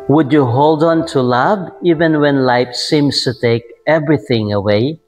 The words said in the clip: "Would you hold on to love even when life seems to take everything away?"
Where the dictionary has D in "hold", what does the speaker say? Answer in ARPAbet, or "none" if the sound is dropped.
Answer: D